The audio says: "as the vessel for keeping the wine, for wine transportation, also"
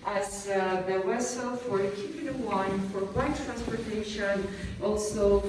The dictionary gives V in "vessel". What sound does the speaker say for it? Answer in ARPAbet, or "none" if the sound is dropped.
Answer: W